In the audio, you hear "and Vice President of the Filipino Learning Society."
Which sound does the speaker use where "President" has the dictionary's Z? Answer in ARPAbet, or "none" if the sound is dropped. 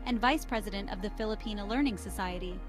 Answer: Z